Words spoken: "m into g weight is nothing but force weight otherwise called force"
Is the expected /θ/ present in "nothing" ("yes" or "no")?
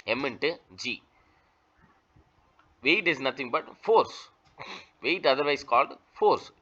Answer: no